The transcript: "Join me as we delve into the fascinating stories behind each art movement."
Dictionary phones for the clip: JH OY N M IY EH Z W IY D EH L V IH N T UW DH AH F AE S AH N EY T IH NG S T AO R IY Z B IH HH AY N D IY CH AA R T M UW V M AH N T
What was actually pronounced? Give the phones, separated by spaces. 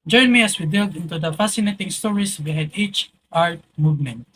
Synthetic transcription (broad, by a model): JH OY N M IY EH S W IY D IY L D IH N T UW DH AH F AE S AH N EY T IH NG S T AO R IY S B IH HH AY D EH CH AA R T M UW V M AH N T